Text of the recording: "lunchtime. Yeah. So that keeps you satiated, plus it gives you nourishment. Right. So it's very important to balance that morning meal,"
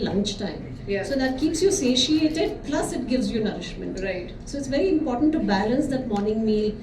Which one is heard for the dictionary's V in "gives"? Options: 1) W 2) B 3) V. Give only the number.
3